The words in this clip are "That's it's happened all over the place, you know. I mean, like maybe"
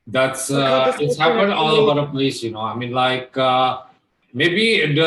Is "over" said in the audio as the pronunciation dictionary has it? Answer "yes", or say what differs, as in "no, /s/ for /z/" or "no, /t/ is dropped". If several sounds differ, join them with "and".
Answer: no, /b/ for /v/